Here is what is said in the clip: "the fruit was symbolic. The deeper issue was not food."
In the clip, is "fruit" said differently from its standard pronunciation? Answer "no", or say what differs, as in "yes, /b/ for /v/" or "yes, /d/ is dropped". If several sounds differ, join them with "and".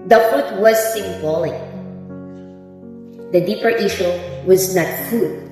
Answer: yes, /ɹ/ is dropped